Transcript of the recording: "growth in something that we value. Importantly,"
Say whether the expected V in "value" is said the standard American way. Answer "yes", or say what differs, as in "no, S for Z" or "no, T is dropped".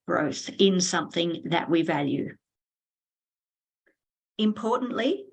yes